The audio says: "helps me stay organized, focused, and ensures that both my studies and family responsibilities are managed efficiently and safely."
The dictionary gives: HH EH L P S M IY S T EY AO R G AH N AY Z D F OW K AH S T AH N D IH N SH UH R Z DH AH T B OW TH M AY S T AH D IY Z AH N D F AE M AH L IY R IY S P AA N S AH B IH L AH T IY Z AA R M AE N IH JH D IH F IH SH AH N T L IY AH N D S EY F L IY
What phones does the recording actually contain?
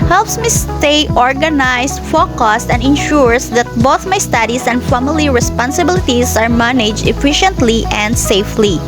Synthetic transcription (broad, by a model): HH EH L P S M IY S T EY AO R G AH N AY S F OW K AH S T AH N D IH N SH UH R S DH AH T B OW TH M AY S T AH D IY S AH N D F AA M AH L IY R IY S P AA N S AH B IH L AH T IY S AA R M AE N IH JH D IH F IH SH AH N T L IY AH N D S EY F L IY